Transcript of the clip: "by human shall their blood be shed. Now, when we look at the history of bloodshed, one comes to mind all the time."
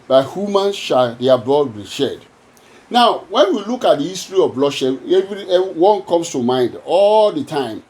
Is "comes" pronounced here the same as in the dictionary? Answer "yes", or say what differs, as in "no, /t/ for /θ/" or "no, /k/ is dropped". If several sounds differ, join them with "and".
no, /s/ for /z/